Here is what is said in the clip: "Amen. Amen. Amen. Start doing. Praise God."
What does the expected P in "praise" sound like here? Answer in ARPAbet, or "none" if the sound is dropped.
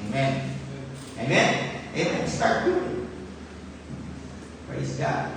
P